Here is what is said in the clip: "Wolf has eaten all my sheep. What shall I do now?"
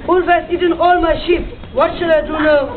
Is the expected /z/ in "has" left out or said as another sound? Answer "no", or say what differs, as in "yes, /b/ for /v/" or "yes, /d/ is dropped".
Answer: yes, /s/ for /z/